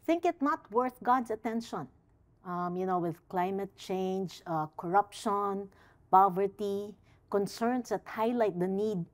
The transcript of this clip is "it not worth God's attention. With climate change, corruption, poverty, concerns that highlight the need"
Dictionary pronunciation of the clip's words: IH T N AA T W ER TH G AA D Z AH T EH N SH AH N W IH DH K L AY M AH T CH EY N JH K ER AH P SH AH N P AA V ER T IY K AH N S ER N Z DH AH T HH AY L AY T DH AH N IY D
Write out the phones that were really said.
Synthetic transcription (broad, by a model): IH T N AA T W ER TH G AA D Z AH T EH N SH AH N W IH DH K L AY M AH T CH EY N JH K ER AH P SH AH N P AA V ER T IY K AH N S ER N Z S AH T HH AY L AY T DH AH N IY D